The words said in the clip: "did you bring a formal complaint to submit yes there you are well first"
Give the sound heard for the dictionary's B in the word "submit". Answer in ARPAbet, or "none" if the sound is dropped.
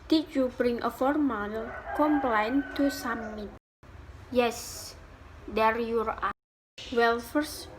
none